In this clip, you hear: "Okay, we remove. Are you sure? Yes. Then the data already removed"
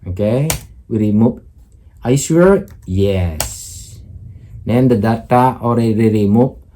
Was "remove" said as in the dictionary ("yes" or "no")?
no